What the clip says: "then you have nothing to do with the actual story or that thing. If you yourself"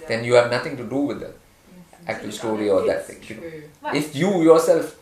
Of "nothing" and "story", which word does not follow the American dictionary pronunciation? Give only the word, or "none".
nothing